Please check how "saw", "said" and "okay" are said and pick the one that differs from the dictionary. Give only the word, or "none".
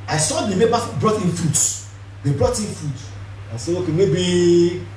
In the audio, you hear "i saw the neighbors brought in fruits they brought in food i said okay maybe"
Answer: said